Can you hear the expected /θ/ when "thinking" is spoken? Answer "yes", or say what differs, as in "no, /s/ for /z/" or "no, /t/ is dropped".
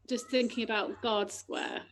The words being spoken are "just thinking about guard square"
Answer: yes